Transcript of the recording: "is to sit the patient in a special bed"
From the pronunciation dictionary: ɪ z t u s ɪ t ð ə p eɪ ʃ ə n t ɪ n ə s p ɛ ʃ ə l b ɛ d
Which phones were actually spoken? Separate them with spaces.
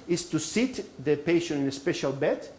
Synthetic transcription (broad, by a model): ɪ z t u s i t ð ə p eɪ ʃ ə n ɪ n ə s p ɛ ʃ ə l b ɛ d